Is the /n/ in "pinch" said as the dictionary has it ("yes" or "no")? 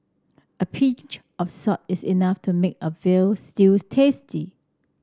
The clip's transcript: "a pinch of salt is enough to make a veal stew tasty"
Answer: no